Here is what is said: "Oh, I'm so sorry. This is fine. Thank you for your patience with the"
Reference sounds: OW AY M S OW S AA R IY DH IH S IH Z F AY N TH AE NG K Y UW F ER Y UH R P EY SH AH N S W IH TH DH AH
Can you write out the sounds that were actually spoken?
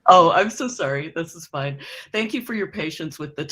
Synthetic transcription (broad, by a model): OW AY M S OW S AA R IY DH IH S IH Z F AY N TH AE NG K Y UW F ER Y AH R P EY SH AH N S W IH DH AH